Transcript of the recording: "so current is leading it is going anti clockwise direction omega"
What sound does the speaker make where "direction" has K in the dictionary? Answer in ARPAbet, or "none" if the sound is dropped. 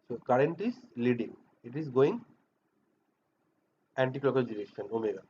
none